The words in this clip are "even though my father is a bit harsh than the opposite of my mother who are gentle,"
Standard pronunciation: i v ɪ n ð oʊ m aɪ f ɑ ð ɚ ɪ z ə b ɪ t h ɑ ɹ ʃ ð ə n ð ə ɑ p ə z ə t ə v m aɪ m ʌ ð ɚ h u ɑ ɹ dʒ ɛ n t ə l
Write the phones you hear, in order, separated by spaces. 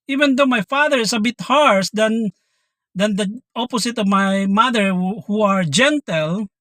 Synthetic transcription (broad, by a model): i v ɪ n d oʊ m aɪ f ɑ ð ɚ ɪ s ə b ɪ t h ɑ ɹ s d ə n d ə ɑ p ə s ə t ə v m aɪ m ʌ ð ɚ h u ɑ ɹ dʒ ɛ n t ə l